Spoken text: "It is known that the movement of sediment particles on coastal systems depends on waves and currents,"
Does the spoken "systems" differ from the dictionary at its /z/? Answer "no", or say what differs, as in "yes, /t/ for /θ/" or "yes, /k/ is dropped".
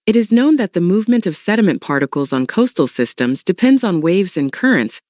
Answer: no